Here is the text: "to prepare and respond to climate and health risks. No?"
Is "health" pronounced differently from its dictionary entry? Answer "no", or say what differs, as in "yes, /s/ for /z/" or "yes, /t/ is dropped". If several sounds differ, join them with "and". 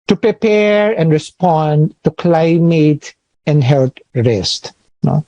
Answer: yes, /t/ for /θ/